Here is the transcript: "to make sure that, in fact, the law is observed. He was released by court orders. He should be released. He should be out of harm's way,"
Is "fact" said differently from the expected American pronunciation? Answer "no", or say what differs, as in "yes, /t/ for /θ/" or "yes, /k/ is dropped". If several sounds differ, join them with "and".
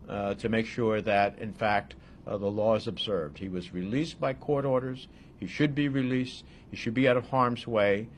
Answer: no